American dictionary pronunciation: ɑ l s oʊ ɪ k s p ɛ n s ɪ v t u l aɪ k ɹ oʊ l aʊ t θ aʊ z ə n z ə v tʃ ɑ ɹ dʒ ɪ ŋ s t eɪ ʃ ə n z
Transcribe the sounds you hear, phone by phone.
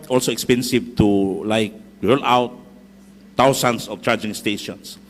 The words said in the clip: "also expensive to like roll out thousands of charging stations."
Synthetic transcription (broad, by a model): ɑ l s oʊ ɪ k s p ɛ n s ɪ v t u l aɪ k ɹ oʊ l aʊ t t aʊ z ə n s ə f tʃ ɑ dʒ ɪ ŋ s t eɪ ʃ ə n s